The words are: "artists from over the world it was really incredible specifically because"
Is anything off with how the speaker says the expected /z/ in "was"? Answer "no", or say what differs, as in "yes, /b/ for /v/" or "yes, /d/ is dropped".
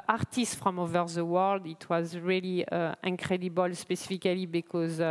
no